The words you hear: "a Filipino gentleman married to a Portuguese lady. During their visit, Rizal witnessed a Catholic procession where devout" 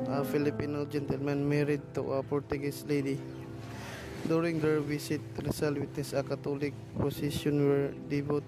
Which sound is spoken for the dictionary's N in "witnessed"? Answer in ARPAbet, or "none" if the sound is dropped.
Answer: none